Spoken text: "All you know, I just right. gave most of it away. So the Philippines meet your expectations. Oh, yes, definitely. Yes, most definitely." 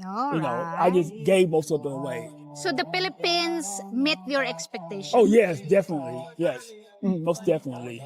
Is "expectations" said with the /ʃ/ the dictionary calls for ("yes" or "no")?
no